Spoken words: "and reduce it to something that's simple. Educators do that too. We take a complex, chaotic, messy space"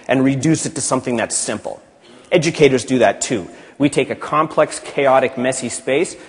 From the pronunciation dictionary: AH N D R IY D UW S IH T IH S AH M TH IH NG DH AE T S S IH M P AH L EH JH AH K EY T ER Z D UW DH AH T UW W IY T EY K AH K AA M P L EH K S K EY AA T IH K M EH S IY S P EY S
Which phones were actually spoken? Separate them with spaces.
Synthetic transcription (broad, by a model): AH N R IY D UW S IH T IH S AH M TH IH NG DH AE T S S IH M P L EH JH AH K EY T ER Z D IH DH AH T UW W IY T EY K AH K AA M P L EH K S K EY AA T IH K M EH S IY S P EY S